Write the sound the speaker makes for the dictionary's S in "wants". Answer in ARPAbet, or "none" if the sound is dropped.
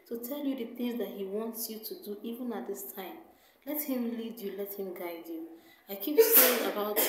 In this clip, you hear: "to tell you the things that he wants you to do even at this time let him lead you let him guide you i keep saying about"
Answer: S